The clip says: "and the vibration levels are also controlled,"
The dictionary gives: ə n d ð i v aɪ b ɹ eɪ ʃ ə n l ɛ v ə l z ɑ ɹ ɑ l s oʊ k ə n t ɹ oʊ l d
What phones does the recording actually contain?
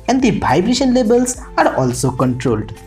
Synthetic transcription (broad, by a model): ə n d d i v aɪ b ɹ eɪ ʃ ə n l ɛ b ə l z ɑ ɹ ɑ l s oʊ k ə n t ɹ oʊ l d